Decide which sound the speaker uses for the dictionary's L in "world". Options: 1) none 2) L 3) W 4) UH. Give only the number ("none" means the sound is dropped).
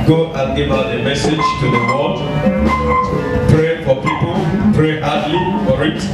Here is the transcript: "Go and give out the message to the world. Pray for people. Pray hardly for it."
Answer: 1